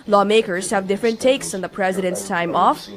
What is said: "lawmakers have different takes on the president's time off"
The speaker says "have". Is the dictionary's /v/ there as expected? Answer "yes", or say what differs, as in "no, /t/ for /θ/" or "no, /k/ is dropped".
yes